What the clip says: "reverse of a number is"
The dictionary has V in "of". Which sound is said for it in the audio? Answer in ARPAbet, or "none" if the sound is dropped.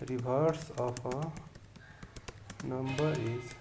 P